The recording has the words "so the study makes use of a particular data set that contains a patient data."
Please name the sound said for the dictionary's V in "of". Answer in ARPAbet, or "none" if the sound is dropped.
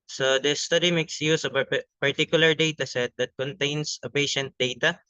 P